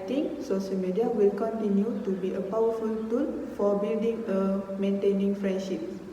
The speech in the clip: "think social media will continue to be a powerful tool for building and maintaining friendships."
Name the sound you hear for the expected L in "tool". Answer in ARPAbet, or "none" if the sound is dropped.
N